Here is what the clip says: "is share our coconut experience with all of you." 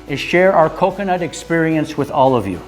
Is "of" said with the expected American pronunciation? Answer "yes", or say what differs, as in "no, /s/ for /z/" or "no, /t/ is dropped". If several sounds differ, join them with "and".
yes